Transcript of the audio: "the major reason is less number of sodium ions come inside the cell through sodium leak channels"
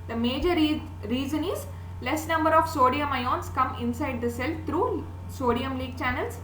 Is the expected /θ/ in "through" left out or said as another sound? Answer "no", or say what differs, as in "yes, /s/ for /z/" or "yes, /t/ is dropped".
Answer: yes, /f/ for /θ/